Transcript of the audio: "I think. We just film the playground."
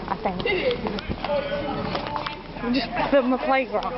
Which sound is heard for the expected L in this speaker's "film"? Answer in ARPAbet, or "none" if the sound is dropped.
none